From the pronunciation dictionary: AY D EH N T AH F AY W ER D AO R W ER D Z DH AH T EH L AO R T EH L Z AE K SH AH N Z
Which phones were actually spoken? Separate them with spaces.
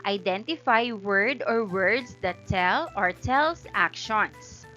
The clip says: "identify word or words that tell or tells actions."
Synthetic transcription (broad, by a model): AY D EH N T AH F AY W ER D AO R W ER D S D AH T EH L AO R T EH L S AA K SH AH N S